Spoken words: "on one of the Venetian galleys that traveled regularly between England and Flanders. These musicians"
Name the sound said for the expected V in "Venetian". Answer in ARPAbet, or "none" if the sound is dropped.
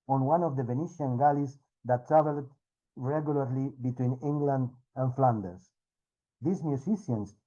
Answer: V